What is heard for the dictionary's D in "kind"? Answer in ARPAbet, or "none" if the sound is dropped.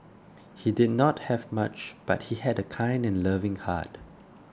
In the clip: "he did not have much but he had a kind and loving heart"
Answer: D